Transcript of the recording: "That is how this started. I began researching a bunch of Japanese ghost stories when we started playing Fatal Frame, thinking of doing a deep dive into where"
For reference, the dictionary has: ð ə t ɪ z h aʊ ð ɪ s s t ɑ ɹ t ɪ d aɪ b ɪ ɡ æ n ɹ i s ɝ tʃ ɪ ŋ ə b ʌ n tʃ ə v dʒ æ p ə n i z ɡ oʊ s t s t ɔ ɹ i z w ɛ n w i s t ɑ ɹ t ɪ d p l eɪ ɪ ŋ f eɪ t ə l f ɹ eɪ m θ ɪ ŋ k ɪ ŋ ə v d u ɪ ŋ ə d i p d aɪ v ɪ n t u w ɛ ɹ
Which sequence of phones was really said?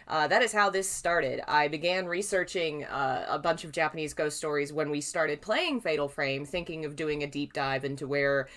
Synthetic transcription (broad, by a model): ð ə t ɪ z h aʊ ð ɪ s s t ɑ ɹ t ɪ d aɪ b ɪ ɡ æ n ɹ i s ɝ tʃ ɪ ŋ ə b ʌ n tʃ ə v dʒ æ p ə n i z ɡ oʊ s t s t ɔ ɹ i z w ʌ n w i s t ɑ ɹ t ɪ d p l eɪ ɪ ŋ f eɪ t l f ɹ eɪ m θ ɪ ŋ k ɪ ŋ ə v d u ɪ ŋ ə d i p d aɪ v ɪ n t u w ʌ ɹ